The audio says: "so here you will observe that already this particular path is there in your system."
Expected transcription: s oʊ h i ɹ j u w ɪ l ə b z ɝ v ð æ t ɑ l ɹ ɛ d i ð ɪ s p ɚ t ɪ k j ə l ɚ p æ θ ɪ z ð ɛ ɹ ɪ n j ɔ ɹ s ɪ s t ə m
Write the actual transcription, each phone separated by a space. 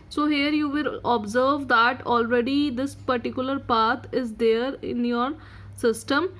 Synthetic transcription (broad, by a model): s oʊ h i ɹ j u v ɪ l ə b z ɝ v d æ t ɑ l ɹ ɛ d i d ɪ s p ɚ t ɪ k j ə l ɚ p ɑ t ɪ z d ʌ ɹ ɪ n j ɔ ɹ s ɪ s t ə m